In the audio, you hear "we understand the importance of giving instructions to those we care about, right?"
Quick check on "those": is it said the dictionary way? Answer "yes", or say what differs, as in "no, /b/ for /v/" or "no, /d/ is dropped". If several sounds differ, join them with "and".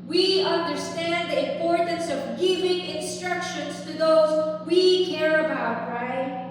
yes